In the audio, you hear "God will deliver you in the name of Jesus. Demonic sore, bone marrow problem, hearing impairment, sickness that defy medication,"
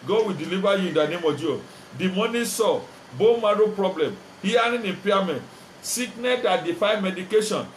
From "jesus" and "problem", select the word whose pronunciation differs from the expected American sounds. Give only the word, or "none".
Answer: jesus